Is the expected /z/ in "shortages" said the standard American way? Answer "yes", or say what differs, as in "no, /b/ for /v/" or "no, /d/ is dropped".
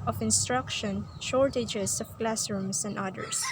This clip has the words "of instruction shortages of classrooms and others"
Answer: no, /s/ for /z/